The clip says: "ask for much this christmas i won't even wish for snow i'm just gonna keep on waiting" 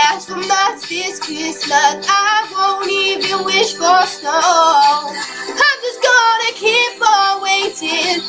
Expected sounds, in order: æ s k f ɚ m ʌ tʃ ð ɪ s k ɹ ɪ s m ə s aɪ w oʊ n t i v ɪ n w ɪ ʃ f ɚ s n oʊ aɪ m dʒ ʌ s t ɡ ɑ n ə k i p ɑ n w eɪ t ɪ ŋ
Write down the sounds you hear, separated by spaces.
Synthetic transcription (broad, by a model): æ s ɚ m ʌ s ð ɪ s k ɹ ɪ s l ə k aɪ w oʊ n i v ɪ n w ɪ ʃ f ɚ s n oʊ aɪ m dʒ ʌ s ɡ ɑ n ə k i p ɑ w eɪ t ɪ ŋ